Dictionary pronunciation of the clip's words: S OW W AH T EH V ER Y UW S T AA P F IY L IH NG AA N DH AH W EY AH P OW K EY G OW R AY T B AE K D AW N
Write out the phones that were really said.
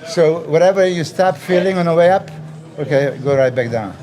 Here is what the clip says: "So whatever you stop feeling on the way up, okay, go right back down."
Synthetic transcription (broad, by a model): S OW W AH T EH V ER Y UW S T AA P F IY L IH NG AA N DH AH W EY AH P OW K EY G OW R AY T B AE K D AW N